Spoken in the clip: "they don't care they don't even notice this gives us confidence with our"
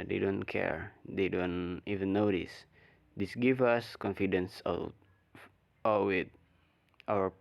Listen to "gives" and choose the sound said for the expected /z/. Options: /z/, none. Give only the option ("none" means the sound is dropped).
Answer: none